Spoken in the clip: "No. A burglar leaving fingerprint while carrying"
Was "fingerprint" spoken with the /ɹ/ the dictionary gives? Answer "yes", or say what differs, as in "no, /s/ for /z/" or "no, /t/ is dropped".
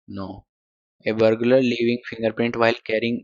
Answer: yes